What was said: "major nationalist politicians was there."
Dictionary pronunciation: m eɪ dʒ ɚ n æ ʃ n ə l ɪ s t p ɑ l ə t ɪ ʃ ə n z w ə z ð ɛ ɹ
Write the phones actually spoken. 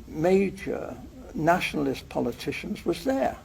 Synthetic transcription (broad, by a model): m eɪ dʒ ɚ n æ ʃ n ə l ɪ s p ɑ l ə t ɪ ʃ ə n z w ə z ð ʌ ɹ